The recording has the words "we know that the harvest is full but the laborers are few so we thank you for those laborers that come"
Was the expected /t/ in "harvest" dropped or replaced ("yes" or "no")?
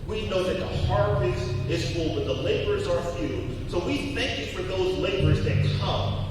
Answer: yes